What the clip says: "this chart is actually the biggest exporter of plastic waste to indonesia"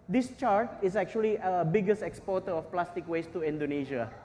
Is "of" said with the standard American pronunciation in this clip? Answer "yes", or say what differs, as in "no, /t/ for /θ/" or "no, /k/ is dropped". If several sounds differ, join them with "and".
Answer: no, /f/ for /v/